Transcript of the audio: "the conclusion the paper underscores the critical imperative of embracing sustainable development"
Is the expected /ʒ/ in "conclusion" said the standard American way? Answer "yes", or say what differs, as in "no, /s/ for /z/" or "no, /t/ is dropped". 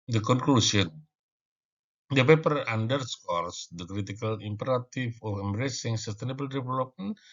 no, /s/ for /ʒ/